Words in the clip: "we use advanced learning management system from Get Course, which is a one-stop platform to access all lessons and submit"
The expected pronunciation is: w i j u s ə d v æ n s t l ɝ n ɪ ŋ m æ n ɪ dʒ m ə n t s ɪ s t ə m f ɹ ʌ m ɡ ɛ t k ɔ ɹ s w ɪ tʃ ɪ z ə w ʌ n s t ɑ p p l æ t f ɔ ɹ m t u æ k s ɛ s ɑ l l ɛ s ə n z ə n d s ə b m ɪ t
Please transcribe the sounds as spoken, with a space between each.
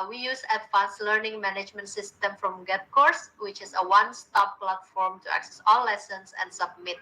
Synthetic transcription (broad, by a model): w i j u s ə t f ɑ s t l ɝ n ɪ ŋ m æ n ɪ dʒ m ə n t s ɪ s t ə m f ɹ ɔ m ɡ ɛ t k ɔ ɹ s w ɪ tʃ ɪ s ə w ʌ n s t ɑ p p l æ t f ɔ ɹ m t u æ k s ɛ s ɑ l l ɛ s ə n s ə n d s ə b m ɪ t